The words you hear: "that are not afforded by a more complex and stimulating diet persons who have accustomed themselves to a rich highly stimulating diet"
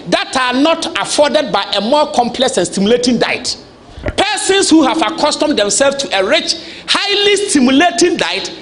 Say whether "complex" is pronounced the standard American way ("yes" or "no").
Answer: yes